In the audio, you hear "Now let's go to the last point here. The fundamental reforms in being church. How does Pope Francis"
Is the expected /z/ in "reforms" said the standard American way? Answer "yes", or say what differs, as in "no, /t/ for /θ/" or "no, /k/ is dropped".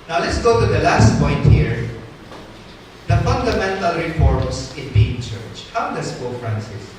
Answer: no, /s/ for /z/